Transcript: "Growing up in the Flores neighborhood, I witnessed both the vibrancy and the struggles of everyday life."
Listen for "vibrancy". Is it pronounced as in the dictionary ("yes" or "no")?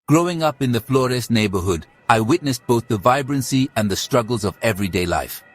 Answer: yes